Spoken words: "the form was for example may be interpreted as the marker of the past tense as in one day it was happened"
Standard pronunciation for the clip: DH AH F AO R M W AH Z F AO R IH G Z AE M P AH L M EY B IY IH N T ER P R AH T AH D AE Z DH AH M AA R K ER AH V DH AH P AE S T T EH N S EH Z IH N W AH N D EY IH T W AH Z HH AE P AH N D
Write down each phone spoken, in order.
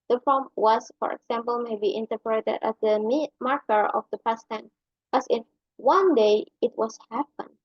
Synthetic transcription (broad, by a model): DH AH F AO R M W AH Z F AO R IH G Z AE M P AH L M EY B IY IH N T ER P R AH T AH D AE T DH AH M AA R K ER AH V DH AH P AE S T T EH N AH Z IH N W AH N D EY IH T W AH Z HH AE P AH N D